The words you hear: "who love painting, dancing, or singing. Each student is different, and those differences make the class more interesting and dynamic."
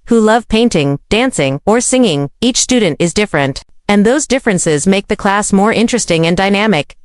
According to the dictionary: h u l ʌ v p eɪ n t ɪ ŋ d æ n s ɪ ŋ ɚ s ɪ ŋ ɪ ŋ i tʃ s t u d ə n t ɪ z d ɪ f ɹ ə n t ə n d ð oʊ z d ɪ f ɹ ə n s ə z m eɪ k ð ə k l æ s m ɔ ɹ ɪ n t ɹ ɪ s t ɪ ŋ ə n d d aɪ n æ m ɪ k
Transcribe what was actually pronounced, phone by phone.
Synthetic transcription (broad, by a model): h u l ʌ v p eɪ n t ɪ ŋ d æ n s ɪ ŋ ɚ s ɪ ŋ ɪ ŋ i tʃ s t u d n t ɪ z d ɪ f ɹ ə n t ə n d ð oʊ z d ɪ f ɹ ə n s ə z m eɪ k ð ə k l æ s m ɔ ɹ ɪ n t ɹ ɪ s t ɪ ŋ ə n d d aɪ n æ m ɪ k